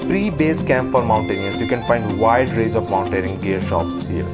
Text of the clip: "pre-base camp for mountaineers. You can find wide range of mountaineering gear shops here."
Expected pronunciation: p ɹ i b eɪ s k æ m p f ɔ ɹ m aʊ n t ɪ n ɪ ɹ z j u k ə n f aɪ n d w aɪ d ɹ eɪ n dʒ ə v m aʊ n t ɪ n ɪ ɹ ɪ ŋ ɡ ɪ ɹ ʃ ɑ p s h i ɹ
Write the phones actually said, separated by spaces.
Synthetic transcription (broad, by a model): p ɹ i b eɪ s k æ m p f ɔ ɹ m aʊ n t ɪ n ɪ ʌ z j u k ə n f aɪ n d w aɪ d ɹ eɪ dʒ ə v m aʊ n t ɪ ɹ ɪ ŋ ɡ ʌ ɹ ʃ ɑ p s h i ɹ